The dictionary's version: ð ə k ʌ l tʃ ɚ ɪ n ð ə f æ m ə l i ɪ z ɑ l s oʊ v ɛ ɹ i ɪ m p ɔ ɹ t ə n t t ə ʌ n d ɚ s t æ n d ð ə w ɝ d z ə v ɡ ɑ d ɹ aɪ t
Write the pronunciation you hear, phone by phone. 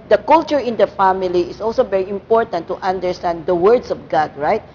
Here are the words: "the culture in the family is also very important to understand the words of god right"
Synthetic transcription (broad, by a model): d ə k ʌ l tʃ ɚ ɪ n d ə f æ m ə l i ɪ s ɑ l s oʊ v ɛ ɹ i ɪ m p ɔ ɹ t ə n t t ə n d ɚ s t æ n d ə w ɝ d s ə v ɡ ɑ d ɹ aɪ t